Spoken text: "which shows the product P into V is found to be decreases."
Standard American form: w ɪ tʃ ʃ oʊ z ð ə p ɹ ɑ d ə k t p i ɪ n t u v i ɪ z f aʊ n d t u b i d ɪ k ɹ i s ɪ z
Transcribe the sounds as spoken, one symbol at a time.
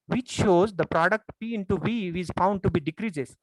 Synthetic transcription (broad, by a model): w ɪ tʃ ʃ oʊ z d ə p ɹ ɑ d ə k t p i ɪ n t u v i ɪ z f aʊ n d t u b i d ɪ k ɹ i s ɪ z